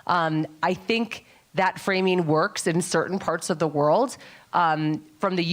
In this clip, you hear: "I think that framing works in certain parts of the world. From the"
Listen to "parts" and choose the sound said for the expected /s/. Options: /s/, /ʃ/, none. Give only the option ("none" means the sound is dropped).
/s/